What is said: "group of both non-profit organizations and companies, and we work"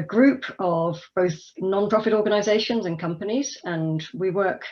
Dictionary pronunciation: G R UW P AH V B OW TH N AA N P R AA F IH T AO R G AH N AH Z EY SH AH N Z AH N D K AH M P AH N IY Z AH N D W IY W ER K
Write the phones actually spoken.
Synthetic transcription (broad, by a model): G R UW P AH V B OW TH N AA N P R AA F IH T AO G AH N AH Z EY SH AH N Z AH N K AH M P AH N IY Z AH N W IY W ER K